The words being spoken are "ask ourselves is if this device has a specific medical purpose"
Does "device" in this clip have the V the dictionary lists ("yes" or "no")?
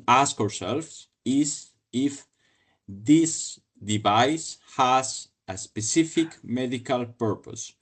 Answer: yes